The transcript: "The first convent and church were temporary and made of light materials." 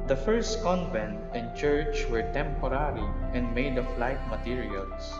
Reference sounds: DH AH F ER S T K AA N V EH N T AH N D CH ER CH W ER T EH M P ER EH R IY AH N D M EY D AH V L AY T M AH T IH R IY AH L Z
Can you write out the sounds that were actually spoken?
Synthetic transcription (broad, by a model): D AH F ER S T K AA N V EH N T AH N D CH ER CH W ER T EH M P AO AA R IY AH N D M EY D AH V L AY T M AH T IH R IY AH L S